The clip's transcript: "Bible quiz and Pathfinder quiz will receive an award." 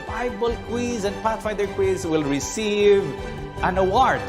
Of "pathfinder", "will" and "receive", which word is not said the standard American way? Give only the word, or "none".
pathfinder